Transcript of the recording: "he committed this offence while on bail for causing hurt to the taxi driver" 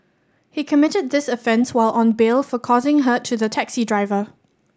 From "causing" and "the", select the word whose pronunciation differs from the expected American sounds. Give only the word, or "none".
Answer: none